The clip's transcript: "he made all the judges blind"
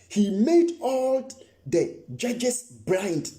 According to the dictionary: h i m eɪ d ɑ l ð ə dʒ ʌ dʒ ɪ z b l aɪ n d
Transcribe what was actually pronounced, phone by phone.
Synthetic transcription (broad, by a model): h i m eɪ d ɑ l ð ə dʒ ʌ dʒ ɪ s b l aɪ n d